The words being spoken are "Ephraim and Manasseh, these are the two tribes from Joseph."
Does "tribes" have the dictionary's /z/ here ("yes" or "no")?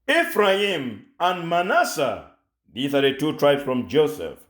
no